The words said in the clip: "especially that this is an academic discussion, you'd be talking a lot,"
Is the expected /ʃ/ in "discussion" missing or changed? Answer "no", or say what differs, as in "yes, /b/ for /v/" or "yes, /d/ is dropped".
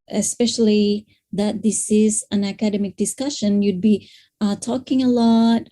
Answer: no